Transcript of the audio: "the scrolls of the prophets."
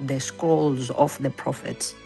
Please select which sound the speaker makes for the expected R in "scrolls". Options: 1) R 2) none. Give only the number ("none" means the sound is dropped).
2